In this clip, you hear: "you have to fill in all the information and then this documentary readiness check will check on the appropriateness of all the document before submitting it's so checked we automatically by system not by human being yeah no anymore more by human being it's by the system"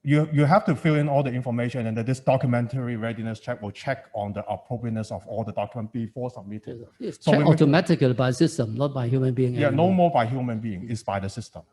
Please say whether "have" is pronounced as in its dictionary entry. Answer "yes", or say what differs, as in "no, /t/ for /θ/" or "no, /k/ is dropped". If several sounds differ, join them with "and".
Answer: no, /f/ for /v/